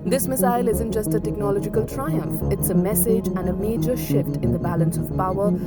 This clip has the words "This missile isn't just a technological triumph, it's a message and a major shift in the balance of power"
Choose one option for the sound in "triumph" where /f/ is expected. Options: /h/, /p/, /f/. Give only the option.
/f/